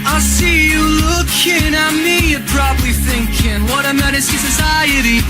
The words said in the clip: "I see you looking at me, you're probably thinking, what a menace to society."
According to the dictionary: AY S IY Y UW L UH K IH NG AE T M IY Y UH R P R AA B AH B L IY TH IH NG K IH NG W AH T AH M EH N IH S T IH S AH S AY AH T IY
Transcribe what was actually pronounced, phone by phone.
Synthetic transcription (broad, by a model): AY S IY Y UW L UH K IH NG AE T M IY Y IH P R AA B AH B L IY TH IH NG K IH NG W AH T AH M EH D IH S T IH S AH S AY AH T IY